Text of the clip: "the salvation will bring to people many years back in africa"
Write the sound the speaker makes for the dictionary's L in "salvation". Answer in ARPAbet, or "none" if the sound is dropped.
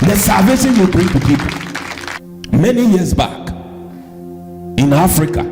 none